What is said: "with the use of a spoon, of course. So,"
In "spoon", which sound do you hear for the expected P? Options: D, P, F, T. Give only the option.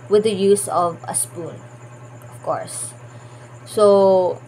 P